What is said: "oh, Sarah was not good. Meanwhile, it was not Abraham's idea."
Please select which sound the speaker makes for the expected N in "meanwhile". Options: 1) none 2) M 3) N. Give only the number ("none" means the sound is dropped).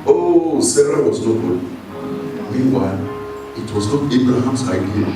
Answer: 3